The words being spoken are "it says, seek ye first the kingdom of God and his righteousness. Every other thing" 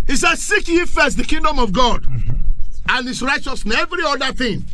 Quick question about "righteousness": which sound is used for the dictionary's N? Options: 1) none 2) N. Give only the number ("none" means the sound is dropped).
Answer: 1